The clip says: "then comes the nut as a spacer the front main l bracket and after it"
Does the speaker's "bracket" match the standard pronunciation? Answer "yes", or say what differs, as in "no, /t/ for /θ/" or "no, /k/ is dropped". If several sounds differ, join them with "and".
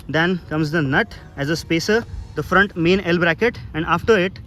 yes